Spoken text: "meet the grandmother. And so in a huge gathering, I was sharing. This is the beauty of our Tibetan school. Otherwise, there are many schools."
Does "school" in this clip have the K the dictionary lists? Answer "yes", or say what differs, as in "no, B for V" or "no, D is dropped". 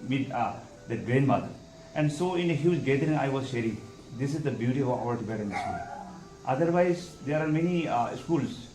no, K is dropped